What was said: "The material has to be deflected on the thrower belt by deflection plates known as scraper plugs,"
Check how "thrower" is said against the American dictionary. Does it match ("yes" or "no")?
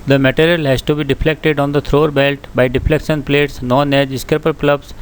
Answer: no